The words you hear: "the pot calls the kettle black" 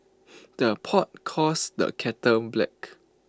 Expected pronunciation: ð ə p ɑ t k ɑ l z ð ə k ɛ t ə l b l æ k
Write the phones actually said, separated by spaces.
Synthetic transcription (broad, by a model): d ə p ɑ t k ɑ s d ə k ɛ t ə n b l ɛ k